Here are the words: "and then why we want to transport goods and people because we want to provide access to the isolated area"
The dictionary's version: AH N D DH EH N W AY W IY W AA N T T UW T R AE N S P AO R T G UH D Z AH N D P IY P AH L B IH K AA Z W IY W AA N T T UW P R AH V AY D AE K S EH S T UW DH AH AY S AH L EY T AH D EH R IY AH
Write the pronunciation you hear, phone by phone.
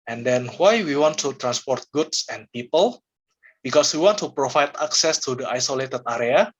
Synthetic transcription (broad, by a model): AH N D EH N W AY W IY W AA N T T UW T R AE N S P AO R T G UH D S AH N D P IY P AH L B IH K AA S W IY W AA N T T UW P R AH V AY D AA K S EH S T UW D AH AY S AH L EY T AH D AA R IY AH